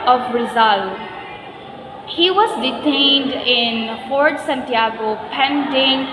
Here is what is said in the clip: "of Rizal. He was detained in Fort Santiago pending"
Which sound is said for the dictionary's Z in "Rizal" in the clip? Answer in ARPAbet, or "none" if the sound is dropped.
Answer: Z